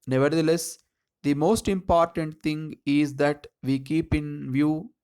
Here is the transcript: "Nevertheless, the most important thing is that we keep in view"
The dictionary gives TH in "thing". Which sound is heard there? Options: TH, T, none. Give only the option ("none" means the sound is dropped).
T